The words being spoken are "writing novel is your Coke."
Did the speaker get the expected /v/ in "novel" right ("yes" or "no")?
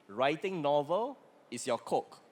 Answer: yes